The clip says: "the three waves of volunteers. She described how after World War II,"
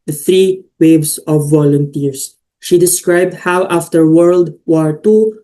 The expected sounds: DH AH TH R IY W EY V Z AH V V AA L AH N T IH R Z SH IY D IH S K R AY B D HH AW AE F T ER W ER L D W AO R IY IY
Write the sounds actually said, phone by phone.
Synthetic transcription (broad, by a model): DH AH TH R IY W EY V S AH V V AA L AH N T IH R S SH IY D IH S K R AY B D HH AW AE F T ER W ER L D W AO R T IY